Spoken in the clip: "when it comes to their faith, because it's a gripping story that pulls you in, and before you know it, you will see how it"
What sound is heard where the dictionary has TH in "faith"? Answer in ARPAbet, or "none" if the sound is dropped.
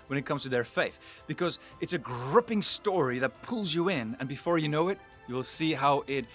TH